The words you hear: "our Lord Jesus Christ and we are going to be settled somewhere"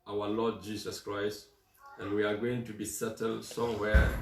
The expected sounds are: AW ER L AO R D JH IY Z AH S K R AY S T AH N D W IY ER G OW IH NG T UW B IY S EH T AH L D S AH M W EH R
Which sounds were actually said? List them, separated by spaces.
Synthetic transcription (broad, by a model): AW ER L AO D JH IY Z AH S K R AY S T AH N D W IY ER G OW IH NG T UW B IY S EH T AH L D S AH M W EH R